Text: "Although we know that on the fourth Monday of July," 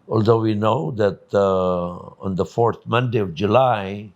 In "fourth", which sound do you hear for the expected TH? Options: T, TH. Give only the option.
T